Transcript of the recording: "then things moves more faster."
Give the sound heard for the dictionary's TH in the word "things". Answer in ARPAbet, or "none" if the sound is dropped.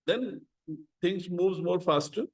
T